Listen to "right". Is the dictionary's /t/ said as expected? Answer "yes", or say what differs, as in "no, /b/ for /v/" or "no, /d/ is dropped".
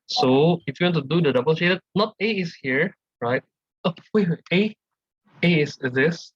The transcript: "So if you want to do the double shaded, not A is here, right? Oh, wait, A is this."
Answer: yes